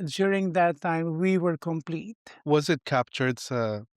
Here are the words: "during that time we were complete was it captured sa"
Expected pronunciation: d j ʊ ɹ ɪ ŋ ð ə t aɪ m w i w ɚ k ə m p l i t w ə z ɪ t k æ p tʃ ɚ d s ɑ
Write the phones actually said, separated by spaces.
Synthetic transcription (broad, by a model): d j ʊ ɹ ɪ ŋ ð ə t aɪ m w i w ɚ k ə m p l i t w ə z ɪ t k æ p tʃ ɚ d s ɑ